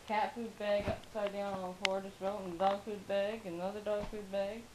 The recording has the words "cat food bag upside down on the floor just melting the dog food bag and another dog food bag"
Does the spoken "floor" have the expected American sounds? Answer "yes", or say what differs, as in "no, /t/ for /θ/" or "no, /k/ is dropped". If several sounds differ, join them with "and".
no, /l/ is dropped